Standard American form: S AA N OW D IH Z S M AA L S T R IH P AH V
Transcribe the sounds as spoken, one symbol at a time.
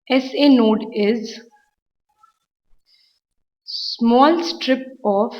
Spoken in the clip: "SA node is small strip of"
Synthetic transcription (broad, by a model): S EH N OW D IH Z S M AA L S T R IH P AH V